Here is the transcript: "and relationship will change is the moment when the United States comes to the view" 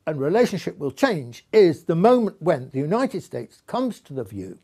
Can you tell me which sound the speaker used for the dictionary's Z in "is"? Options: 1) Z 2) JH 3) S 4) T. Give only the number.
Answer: 1